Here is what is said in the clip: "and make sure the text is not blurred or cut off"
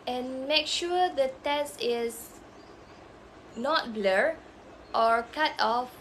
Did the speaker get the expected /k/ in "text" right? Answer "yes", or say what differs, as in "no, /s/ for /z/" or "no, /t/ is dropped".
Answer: no, /k/ is dropped